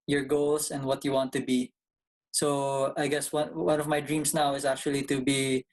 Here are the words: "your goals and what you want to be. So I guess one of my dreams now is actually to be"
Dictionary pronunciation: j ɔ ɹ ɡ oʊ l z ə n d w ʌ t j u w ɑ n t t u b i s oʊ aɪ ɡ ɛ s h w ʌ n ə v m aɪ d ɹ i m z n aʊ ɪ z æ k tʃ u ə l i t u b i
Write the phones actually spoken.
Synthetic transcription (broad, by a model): j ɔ ɹ ɡ oʊ l s ə n d w ʌ t j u w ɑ n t t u b i s oʊ aɪ ɡ ɛ s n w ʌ n ə v m aɪ d ɹ i m s n aʊ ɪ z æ k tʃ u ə l i t u b i